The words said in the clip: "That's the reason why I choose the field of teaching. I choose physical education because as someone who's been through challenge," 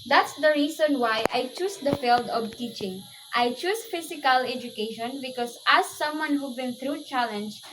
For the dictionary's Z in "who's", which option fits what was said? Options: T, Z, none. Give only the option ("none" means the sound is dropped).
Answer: none